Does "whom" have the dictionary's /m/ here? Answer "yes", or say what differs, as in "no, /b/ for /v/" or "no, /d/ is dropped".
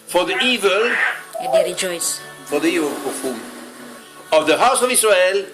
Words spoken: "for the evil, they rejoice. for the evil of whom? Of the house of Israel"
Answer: no, /m/ is dropped